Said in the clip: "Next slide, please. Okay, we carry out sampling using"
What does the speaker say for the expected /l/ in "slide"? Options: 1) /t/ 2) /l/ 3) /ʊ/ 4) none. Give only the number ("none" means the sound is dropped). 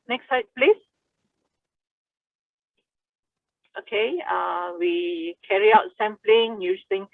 4